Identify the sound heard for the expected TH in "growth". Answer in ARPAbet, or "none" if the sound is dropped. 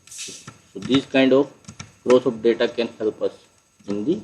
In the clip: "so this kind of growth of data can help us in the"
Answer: S